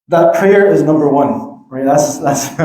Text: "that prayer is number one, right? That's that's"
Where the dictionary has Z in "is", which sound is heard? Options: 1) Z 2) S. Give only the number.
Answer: 1